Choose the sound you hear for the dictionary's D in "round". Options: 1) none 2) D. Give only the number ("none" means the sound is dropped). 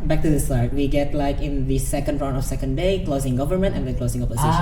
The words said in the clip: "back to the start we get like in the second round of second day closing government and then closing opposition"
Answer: 1